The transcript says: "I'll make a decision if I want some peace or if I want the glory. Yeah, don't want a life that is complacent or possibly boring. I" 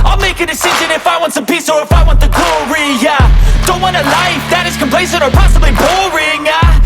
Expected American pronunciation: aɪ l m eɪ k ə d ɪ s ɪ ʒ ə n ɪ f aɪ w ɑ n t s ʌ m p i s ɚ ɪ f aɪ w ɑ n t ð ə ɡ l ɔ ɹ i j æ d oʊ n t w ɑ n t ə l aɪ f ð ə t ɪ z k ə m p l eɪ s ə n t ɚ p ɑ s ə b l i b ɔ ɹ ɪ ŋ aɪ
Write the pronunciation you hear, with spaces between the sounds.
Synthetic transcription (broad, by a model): aɪ l m eɪ k ə d ɪ s ɪ ʒ ə n ɪ f aɪ w ɑ n t s ʌ m p i s ɚ ɪ f aɪ w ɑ n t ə ɡ l ɔ ɹ i j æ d oʊ n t w ɑ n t ə l aɪ f ð ə t ɪ z k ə m p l eɪ s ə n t ɚ p ɑ s ə b l i b ɔ ɹ ɪ ŋ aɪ